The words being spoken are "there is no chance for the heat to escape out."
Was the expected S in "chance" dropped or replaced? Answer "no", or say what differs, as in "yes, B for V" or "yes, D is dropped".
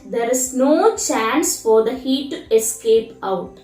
no